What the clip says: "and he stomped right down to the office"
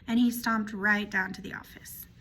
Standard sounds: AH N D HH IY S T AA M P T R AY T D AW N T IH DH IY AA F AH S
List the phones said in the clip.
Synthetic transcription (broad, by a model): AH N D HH IY S T AA M P T R AY T D AW N T IH DH IY AA F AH S